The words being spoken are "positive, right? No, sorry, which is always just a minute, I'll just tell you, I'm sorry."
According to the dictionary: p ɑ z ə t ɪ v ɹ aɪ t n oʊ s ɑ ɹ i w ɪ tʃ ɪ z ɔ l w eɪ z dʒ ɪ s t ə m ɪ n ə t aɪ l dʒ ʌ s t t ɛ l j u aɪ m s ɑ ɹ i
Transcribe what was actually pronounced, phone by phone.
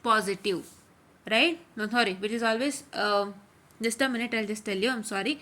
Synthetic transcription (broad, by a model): p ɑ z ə t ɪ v ɹ aɪ t n oʊ s ɑ ɹ i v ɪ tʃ ɪ z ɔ l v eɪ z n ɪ s t ə m ɪ n ə t aɪ l dʒ ʌ s t t ɛ l j u aɪ m s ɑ ɹ i